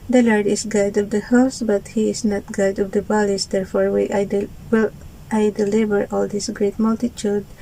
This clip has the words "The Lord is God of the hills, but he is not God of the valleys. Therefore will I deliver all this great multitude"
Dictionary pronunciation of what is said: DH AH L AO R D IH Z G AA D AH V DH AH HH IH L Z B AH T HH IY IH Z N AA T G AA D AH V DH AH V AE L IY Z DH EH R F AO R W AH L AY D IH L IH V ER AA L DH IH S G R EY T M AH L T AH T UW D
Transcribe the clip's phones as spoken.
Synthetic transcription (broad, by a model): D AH L AO R D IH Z G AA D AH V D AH HH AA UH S B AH T HH IY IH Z N AA T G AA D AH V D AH B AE L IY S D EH R F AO R W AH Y AY D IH L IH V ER AA L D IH S G R EY T M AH L T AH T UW D